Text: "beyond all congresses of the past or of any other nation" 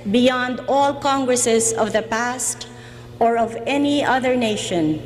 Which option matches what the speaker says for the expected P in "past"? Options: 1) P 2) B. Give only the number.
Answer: 1